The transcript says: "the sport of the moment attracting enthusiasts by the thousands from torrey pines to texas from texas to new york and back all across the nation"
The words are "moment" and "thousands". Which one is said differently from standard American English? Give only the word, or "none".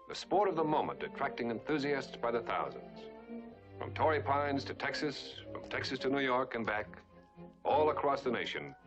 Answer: none